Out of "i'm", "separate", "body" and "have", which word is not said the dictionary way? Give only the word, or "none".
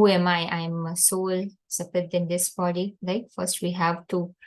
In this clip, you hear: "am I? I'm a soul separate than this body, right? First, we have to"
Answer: separate